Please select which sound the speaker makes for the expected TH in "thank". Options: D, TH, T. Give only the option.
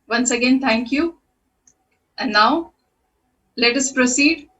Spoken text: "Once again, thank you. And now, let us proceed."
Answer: T